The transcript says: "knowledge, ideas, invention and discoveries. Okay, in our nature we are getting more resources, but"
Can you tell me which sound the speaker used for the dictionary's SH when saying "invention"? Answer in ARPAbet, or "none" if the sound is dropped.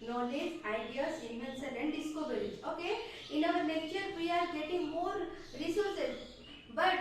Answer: S